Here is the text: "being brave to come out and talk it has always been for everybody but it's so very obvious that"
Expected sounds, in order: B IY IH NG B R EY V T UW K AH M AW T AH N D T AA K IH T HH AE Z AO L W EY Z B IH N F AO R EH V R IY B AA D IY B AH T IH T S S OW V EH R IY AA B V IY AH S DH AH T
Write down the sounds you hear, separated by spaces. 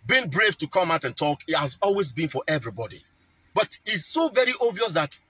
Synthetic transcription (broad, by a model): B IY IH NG B R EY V T UW K AH M AW T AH N T AA K IH T HH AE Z AO L W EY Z B IH N F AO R EH V R IY B AA D IY B AH T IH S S OW V EH R IY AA V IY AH S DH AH T